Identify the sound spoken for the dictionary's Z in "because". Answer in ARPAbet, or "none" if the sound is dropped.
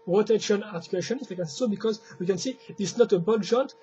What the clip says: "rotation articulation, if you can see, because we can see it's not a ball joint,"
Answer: Z